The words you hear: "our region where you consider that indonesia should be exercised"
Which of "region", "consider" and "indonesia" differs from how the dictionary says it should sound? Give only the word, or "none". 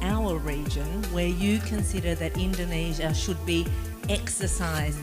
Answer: none